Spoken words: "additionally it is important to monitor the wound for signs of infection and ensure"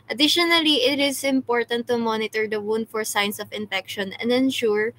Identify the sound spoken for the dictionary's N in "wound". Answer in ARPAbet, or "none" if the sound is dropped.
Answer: N